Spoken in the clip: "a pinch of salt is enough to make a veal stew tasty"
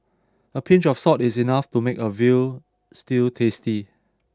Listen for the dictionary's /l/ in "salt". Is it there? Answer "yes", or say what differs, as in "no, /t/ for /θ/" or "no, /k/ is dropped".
no, /l/ is dropped